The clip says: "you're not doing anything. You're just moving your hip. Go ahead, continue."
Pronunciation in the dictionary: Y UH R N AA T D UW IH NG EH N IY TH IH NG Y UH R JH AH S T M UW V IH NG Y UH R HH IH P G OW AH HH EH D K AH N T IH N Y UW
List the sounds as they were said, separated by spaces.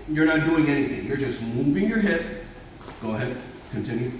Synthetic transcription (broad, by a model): Y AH R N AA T D UW IH NG EH N IY TH IH NG Y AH R JH AH S T M UW V IH NG Y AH R HH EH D G OW AH HH EH D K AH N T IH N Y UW